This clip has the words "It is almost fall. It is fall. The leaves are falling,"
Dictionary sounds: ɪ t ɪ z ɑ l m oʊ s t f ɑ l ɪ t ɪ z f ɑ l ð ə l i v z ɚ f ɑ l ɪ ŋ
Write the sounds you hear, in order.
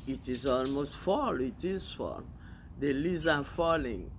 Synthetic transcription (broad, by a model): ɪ t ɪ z ɑ l m oʊ s t f ɑ l ɪ t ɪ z f ɑ l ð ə l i z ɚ f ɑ l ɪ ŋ